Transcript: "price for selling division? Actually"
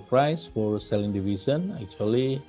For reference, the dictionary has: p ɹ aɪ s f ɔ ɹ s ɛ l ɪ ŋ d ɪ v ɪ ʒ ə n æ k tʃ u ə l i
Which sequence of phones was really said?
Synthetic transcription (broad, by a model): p ɹ aɪ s f ɔ ɹ s ɛ l ɪ ŋ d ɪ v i s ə n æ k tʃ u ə l i